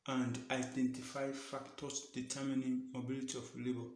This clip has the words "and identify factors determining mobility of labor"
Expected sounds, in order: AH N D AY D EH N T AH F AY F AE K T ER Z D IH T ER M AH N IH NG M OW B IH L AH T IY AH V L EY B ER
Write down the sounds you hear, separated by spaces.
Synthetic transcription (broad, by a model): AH N D AY D EH N T AH F AY F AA K T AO S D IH T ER M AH N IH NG M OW B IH L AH T IY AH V L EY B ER